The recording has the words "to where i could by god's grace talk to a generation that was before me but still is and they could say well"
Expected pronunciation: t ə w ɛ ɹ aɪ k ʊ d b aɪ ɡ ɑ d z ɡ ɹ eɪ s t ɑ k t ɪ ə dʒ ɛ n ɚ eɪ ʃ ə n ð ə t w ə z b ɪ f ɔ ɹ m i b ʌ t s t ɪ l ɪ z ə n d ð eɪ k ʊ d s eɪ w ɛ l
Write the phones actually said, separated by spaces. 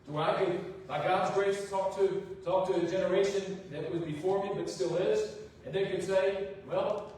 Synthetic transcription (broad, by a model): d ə aɪ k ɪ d b aɪ ɡ ɑ d z ɡ ɹ eɪ s t ɑ k t ɪ ə dʒ ɛ n ɚ eɪ ʃ ə n ð ə t w ə z b ɪ f ɔ ɹ m i b ʌ t s t ɪ l ɪ z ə n ð eɪ k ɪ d s eɪ w ɛ l